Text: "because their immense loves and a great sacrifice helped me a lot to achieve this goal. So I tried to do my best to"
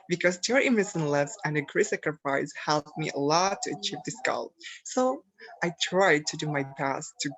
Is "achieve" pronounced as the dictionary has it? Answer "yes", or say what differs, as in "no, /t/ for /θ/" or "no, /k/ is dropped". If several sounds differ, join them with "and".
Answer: yes